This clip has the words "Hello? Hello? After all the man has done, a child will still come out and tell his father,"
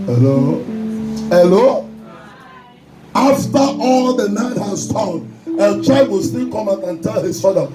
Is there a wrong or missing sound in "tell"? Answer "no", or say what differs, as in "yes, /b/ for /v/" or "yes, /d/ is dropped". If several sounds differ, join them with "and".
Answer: no